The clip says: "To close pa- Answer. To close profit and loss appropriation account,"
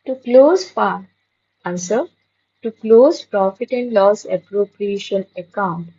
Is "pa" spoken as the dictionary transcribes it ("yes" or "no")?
no